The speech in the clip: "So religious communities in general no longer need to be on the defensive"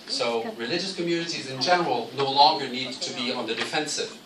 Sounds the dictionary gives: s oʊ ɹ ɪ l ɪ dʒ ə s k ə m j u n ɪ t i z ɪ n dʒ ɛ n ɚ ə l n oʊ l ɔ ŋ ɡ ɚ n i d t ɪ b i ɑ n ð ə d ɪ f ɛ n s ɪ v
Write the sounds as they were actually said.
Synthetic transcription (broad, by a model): s oʊ ɹ ɪ l ɪ dʒ ə s k ə m j u n ɪ t i z ɪ n dʒ ɛ n ɚ ə l n oʊ l ɔ ŋ ɡ ɚ n i d t ɪ b i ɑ n ð ə d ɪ f ɛ n s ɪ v